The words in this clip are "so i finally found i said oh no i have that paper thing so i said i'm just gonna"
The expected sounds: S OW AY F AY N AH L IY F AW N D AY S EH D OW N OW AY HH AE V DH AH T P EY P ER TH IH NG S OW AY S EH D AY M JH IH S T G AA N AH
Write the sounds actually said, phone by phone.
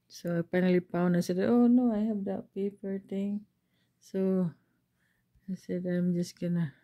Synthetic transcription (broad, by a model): S OW AY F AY N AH L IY P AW N AY S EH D OW N OW AY HH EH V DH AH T P EY P ER T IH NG S OW AY S EH D AY M JH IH S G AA N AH